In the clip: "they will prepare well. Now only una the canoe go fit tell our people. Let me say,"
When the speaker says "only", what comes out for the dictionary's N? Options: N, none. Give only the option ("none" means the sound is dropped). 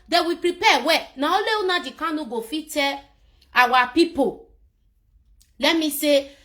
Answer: none